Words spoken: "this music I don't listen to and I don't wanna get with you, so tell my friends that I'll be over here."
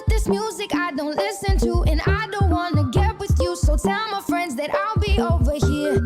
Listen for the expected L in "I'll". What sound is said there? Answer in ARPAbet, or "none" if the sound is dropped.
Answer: L